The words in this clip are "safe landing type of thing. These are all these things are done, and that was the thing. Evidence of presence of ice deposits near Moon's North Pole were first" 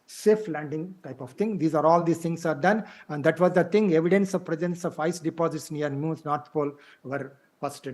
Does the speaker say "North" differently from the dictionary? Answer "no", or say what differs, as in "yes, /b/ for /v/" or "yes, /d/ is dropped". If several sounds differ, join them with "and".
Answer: yes, /t/ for /θ/